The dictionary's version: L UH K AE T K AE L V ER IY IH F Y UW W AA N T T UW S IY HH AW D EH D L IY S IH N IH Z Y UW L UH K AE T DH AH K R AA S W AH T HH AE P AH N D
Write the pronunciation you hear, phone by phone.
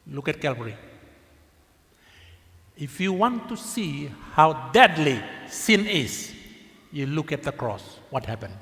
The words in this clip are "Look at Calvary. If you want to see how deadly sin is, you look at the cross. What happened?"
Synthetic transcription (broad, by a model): L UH K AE T K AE L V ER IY IH F Y UW W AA N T T UW S IY HH AW D EH D L IY S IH N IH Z Y UW L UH K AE T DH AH K R AA S W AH T HH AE P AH N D